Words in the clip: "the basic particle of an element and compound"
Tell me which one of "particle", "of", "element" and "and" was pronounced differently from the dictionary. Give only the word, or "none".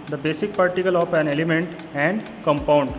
of